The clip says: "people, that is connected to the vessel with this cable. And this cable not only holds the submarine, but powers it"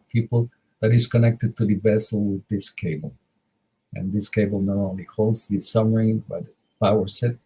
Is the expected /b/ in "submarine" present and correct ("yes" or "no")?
no